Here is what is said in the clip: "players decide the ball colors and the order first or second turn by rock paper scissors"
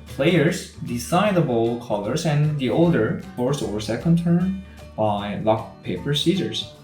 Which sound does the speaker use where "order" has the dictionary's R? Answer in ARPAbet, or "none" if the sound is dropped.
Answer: L